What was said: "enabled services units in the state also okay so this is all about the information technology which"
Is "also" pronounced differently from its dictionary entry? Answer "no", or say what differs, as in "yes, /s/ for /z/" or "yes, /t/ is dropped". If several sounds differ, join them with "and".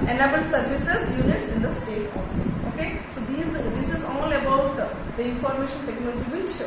yes, /l/ is dropped